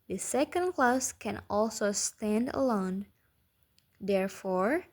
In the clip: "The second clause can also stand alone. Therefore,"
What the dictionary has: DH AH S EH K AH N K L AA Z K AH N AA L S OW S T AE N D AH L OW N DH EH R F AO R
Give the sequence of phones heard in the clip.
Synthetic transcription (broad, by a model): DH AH S EH K AH N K L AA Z K AH N AA L S OW S T AE N D AH L OW N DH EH R F AO R